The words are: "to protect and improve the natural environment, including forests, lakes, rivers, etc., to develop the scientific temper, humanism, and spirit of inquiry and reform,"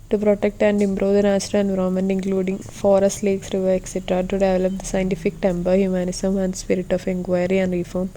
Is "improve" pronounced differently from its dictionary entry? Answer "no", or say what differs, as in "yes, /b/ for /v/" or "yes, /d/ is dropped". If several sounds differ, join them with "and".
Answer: yes, /b/ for /p/